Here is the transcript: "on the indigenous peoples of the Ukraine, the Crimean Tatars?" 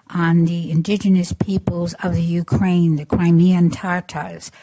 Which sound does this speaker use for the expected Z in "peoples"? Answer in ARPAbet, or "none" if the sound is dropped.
Z